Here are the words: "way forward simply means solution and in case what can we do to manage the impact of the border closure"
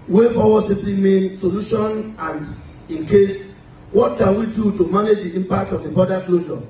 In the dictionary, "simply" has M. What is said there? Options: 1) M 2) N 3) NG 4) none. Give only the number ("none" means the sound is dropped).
4